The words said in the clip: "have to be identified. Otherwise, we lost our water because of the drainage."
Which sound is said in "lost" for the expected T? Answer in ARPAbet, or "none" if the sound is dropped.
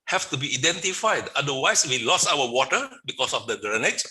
none